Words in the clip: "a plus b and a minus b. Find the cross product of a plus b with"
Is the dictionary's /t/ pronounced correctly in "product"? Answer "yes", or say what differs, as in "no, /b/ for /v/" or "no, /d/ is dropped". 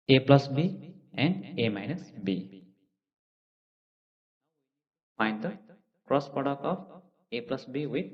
no, /t/ is dropped